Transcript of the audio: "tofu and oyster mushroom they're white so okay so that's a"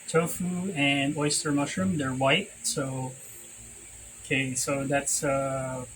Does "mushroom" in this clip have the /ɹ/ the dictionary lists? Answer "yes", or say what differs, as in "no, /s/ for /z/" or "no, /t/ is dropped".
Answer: yes